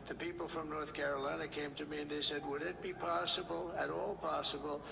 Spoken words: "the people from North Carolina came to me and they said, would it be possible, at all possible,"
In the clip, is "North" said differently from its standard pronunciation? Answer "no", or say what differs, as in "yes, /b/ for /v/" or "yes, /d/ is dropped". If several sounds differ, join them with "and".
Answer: no